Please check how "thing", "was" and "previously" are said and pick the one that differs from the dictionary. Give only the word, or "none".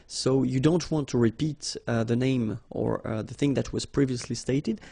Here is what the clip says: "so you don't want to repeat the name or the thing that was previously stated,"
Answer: none